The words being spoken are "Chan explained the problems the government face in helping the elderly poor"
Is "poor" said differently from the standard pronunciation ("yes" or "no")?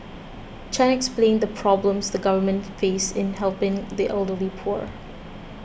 no